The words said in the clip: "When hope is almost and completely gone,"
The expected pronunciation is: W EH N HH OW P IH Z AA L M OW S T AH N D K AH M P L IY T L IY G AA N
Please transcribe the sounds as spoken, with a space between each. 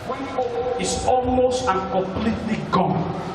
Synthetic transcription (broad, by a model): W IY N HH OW IH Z AA L M OW S T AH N K AH M P L IY T L IY G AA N